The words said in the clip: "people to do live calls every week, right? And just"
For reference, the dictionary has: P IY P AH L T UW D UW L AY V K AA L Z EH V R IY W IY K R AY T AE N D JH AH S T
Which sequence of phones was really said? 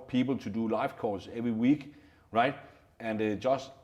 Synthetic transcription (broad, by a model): P IY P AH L T UW D UW L AY F K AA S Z EH V R IY W IY K R AY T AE N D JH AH S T